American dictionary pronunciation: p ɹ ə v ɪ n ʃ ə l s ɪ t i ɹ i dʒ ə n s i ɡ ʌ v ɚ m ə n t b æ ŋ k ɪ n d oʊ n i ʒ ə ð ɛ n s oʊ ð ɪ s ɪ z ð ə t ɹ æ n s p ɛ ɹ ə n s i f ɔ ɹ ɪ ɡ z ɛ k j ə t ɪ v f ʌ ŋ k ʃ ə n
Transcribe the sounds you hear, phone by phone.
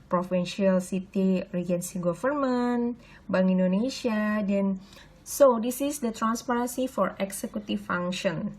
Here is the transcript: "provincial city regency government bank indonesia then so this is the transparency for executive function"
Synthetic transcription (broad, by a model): p ɹ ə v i n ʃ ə l s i t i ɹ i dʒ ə n s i ɡ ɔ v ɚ m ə n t b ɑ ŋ i n d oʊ n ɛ ʃ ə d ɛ n s oʊ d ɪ s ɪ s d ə t ɹ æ n s p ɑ ɹ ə n s i f ɔ ɹ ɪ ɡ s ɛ k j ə t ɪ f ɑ ŋ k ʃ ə n